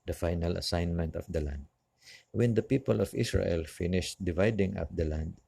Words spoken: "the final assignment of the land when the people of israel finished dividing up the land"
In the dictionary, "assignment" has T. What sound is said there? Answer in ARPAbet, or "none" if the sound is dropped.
T